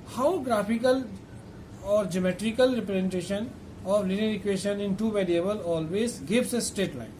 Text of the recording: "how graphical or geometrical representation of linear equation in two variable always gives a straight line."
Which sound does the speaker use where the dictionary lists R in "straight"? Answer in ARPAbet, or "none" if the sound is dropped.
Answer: none